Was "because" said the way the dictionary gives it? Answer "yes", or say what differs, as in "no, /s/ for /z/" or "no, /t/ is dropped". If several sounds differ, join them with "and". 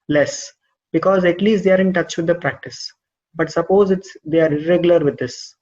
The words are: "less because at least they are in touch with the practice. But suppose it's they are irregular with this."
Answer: yes